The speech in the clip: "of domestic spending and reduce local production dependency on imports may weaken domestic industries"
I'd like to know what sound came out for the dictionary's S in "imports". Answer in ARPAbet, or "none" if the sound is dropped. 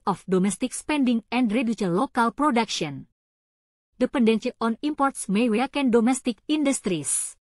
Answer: S